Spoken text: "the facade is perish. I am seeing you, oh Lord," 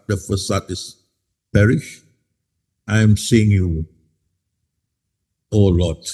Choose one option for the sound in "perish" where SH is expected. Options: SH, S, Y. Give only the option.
SH